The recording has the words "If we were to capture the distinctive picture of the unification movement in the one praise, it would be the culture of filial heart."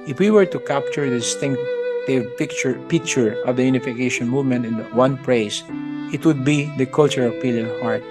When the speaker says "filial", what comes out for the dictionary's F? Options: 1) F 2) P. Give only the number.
2